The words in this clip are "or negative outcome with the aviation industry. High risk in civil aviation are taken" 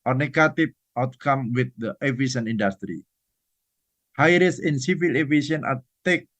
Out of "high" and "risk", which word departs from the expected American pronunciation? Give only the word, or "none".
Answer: risk